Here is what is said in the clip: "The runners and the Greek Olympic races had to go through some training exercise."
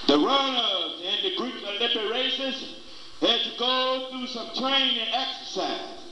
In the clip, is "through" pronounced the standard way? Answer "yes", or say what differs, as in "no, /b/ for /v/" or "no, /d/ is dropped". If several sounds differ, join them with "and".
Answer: yes